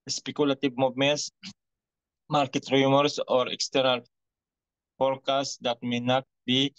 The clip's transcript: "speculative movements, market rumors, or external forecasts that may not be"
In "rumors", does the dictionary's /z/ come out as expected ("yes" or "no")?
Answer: no